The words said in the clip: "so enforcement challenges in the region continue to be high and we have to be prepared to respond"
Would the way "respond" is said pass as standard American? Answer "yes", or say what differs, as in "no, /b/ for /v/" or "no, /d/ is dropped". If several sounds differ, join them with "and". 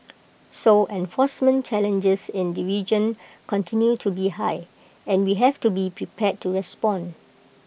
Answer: no, /d/ is dropped